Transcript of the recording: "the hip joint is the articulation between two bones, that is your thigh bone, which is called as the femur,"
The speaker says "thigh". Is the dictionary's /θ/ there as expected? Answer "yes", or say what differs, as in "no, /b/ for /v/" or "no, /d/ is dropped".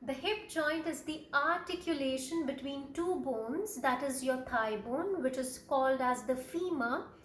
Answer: no, /t/ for /θ/